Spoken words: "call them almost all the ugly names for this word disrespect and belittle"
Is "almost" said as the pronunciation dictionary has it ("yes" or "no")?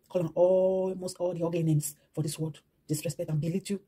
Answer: no